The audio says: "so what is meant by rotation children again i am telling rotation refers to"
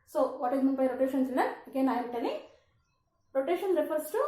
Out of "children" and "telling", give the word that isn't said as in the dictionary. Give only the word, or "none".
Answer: children